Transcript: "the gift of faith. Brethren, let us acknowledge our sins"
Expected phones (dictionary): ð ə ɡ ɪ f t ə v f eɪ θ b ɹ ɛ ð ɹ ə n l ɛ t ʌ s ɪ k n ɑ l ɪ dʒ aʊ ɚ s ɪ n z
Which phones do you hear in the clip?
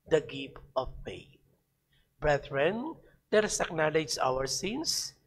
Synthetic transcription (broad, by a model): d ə ɡ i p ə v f eɪ t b ɹ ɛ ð ɹ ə n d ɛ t s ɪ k n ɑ l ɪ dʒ aʊ ɚ s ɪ n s